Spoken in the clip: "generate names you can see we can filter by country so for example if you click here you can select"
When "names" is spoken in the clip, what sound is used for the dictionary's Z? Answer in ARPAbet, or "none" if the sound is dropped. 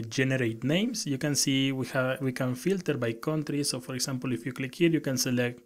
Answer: S